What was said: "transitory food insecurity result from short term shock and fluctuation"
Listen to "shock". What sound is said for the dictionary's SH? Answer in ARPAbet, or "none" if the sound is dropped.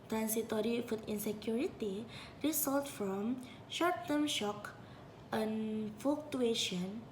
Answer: SH